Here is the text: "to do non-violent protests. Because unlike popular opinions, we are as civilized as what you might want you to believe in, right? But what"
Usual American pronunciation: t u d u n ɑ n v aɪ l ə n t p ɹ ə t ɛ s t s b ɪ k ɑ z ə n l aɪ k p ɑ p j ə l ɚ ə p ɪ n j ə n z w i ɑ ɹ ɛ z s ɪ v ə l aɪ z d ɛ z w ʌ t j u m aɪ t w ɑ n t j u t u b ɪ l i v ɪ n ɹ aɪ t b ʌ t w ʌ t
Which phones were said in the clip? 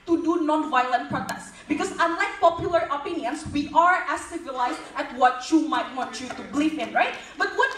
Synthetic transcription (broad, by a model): t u d u n ɑ n v aɪ l ə n t p ɹ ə t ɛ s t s b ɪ k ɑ s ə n l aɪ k p ɑ p j ə l ɚ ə p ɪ n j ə n s w i ɑ ɹ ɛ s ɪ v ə l aɪ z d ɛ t w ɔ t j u m aɪ t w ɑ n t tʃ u t u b l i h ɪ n ɹ aɪ t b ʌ t w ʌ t